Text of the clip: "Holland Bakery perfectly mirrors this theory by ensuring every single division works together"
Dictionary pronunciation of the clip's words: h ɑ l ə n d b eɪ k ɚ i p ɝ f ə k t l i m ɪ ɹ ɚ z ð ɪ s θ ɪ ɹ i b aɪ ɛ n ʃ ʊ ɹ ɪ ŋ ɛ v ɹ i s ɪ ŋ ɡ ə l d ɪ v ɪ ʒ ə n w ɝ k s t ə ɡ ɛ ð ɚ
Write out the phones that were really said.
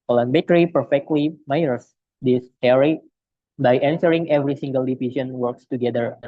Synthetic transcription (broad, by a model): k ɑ l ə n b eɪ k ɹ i p ɝ f ə k t l i m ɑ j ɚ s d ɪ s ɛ ɹ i b aɪ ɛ n s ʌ ɹ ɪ ŋ ɛ v ɹ i s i ŋ ɡ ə l d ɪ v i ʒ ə n w ɝ k s t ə ɡ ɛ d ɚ